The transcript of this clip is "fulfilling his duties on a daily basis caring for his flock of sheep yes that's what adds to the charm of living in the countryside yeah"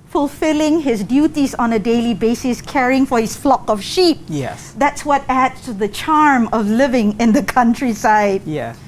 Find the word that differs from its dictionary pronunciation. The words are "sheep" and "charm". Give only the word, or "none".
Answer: none